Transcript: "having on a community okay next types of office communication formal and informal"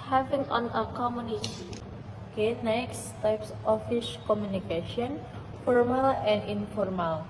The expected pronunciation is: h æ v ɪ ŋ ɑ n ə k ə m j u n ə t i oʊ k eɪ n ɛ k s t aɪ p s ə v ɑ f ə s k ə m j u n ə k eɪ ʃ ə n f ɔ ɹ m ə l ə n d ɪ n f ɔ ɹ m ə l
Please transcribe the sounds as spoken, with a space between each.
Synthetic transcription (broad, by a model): h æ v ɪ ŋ ɑ n ə k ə m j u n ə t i oʊ k eɪ n ɛ k s t aɪ p s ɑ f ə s k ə m j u n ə k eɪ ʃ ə n f ɔ ɹ m ə l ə n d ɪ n f ɔ ɹ m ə l